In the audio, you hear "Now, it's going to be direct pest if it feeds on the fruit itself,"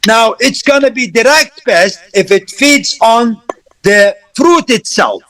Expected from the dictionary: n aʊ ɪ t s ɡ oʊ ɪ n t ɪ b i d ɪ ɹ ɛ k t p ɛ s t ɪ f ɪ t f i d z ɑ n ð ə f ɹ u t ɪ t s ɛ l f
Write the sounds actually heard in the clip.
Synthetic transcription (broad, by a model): n aʊ ɪ t s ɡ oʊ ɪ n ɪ b i d ɪ ɹ ɛ k t b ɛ s t ɪ f ɪ t f i d z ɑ n ð ə f ɹ u t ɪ t s ɛ l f